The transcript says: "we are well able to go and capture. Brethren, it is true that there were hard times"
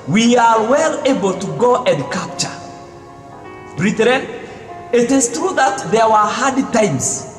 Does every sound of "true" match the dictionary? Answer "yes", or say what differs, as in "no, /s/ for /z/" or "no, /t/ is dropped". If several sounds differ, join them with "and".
yes